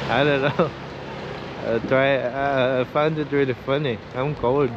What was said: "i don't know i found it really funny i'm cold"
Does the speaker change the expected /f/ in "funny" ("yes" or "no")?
no